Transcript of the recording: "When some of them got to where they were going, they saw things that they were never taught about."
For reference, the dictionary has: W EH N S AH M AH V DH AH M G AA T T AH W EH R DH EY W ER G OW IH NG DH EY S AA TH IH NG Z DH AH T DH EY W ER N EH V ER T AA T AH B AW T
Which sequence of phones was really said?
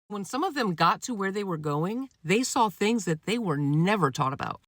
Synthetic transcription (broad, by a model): W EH N S AH M AH V DH AH M G AA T T AH W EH R DH EY W ER G OW IH NG DH EY S AA TH IH NG Z DH AH T DH EY W ER N EH V ER T AA T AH B AW T